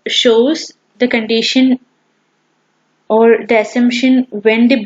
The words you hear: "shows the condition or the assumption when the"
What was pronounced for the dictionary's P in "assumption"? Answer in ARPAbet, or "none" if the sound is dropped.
P